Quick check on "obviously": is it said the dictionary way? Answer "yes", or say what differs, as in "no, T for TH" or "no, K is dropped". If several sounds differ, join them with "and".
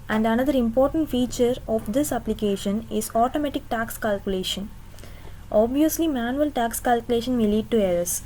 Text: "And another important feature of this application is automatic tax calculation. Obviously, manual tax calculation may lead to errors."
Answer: yes